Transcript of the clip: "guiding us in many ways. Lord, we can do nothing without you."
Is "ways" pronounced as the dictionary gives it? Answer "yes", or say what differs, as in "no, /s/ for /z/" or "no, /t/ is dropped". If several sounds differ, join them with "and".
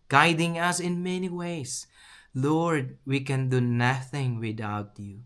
no, /s/ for /z/